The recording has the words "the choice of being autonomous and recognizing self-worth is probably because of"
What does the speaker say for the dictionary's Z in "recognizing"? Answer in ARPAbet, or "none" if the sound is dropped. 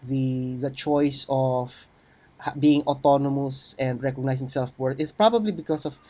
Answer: S